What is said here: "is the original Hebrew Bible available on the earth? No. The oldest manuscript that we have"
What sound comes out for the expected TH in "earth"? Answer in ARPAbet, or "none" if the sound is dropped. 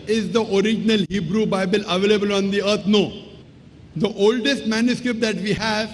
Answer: T